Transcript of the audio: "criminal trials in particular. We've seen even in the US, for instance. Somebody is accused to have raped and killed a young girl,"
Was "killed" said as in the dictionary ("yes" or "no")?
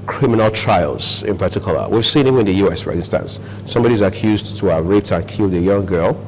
yes